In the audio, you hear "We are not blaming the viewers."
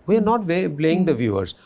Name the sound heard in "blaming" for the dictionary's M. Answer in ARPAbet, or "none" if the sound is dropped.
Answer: none